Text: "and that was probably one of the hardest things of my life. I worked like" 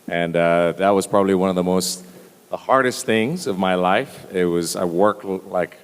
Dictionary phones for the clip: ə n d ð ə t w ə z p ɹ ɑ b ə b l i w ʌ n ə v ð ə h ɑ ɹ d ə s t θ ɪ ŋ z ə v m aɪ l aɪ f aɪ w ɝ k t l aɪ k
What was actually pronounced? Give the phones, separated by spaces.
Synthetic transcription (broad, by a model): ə n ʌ ð ə t w ə z p ɹ ɑ b ə b l i w ʌ n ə v ð ə h ɑ ɹ d ə s t θ ɪ ŋ z ə v m aɪ l aɪ f aɪ w ɝ k t l aɪ k